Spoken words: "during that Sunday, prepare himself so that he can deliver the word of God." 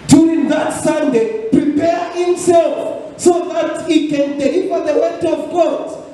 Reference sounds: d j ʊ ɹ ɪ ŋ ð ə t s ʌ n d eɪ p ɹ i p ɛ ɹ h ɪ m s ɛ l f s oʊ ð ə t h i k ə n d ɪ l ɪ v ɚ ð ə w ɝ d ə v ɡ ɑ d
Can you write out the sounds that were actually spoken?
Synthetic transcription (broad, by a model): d j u ɹ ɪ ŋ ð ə t s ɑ n d eɪ p ɹ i p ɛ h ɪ m s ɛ l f s oʊ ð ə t h i k ə n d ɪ ɪ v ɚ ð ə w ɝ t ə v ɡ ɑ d